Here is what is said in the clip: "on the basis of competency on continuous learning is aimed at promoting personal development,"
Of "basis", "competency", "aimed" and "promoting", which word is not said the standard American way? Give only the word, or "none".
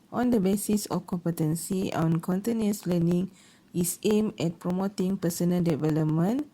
aimed